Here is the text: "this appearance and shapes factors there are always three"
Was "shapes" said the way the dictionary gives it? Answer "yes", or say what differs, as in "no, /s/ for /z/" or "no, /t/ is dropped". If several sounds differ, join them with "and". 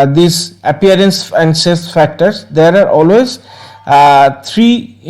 no, /s/ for /ʃ/ and /p/ is dropped